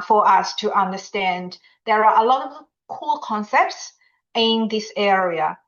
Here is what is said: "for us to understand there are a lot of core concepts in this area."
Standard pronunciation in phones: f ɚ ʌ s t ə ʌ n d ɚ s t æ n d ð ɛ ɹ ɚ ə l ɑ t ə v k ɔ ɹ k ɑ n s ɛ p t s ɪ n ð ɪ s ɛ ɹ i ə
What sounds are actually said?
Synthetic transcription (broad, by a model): f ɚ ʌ s t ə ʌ n d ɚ s t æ n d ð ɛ ɹ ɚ ə l ɑ t ə v k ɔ l k ɑ n s ɛ p t s ɪ n ð ɪ s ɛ ɹ i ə